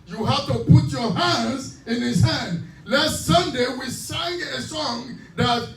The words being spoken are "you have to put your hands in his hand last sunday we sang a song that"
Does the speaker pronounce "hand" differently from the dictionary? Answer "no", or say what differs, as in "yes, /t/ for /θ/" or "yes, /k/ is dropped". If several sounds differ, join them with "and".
no